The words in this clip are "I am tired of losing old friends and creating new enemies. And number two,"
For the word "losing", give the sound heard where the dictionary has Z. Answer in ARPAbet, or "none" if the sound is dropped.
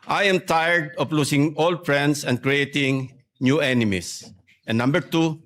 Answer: S